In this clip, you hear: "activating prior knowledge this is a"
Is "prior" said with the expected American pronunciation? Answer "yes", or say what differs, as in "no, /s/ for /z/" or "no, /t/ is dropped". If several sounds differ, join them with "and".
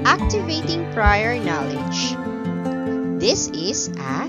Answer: yes